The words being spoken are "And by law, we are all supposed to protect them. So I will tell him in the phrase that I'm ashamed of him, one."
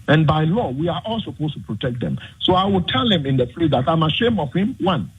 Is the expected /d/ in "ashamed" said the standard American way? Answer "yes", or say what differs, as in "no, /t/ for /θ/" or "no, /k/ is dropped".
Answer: no, /d/ is dropped